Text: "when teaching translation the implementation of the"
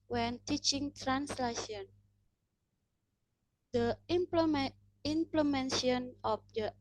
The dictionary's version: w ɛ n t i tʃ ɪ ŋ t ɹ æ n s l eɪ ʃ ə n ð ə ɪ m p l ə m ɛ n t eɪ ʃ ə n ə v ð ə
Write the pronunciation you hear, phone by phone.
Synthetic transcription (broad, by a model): w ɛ n t i tʃ ɪ ŋ t ɹ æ n s l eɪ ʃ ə n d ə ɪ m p l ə m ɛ n s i ə n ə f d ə